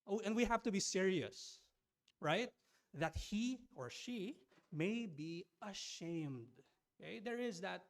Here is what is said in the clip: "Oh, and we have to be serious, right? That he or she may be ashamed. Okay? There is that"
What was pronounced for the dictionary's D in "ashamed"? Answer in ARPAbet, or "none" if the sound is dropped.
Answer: D